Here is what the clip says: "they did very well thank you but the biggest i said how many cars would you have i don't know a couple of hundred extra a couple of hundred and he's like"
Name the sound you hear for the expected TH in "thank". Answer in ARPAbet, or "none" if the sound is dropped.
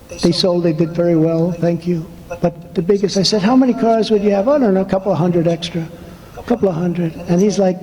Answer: TH